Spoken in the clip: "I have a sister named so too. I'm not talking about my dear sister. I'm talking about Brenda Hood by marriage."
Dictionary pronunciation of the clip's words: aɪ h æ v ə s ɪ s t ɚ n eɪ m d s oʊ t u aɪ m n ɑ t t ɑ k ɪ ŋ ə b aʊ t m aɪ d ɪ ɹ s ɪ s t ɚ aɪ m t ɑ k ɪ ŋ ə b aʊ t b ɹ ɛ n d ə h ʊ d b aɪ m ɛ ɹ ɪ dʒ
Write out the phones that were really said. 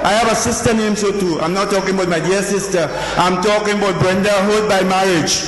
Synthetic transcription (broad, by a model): aɪ h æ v ə s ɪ s t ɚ n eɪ m s oʊ t u aɪ m n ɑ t t ɑ k ɪ ŋ ə b aʊ t m aɪ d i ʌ s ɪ s t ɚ aɪ m t ɑ k ɪ ŋ ə b aʊ t b ɹ ɛ n d ə h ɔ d b aɪ m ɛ ɹ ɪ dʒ